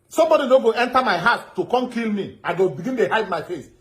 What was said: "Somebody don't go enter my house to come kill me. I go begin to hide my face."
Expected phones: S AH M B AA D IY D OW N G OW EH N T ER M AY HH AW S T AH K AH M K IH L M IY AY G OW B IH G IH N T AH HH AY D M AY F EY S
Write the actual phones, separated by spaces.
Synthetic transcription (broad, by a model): S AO M B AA D IY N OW G OW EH N T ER M AY HH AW T AH K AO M K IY L M IY AY G OW B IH G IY N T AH HH AY D M AY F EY S